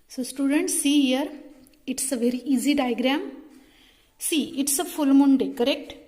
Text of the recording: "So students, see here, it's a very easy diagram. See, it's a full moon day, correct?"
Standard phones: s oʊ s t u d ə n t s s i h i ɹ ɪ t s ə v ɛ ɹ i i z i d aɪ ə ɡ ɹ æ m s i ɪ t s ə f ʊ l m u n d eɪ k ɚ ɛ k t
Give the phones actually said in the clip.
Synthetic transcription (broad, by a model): s oʊ s t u d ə n t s s i h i ɹ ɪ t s ə v ɛ ɹ i i z i d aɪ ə ɡ ɹ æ m s i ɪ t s ə f ʊ l m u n d eɪ k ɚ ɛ k t